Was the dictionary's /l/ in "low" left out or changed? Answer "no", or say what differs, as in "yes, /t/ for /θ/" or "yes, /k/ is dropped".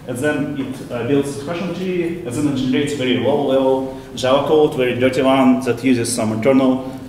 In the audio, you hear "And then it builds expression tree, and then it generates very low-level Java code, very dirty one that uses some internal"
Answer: yes, /w/ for /l/